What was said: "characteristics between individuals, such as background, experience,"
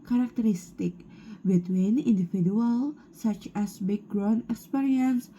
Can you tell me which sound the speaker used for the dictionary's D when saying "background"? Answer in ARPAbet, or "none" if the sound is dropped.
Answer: none